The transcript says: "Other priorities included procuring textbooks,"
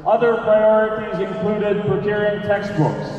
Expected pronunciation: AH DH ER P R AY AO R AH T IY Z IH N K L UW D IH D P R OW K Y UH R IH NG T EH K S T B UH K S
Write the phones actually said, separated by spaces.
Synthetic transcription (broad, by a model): AH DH ER P R AY AO R AH T IY Z IH N K L UW D IH D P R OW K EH R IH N T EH K S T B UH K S